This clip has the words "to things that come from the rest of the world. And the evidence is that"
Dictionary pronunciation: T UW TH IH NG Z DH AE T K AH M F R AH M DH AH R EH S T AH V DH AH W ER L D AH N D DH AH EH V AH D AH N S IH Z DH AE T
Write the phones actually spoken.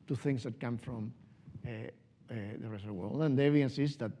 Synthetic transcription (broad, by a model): T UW TH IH NG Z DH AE T K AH M F R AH M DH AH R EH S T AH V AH W ER L D AH N D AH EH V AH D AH N S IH S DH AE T